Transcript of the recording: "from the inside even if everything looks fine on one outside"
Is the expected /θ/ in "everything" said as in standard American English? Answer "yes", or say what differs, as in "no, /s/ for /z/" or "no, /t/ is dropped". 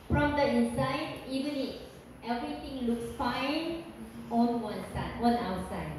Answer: no, /t/ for /θ/